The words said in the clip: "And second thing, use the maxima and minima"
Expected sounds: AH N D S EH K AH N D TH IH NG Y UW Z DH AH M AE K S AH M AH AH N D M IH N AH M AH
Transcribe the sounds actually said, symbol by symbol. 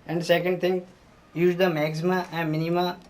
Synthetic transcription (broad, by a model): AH N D S EH K AH N D T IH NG Y UW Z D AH M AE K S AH M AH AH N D M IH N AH M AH